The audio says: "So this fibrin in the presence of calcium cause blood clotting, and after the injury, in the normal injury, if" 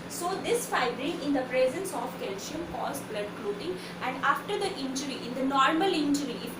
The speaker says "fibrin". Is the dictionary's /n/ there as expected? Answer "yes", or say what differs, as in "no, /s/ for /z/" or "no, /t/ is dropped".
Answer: no, /n/ is dropped